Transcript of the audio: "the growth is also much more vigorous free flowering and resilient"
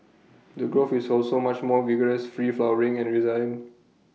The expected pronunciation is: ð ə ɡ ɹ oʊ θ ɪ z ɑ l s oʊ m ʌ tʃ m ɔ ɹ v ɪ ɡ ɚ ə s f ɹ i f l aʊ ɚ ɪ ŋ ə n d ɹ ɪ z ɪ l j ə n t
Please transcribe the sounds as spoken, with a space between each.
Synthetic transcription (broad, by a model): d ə ɡ ɹ oʊ f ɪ s ɑ l s oʊ m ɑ tʃ m ɔ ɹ v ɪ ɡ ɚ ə s f ɹ i f l aʊ ɚ ɪ ŋ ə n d ɹ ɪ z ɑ j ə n